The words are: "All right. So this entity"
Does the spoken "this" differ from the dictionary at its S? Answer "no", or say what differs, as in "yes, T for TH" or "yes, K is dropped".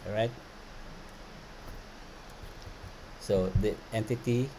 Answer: yes, S is dropped